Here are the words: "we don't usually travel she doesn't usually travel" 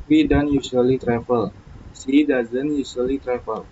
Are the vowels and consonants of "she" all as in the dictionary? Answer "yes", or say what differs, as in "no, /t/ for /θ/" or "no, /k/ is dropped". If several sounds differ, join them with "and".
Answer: no, /s/ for /ʃ/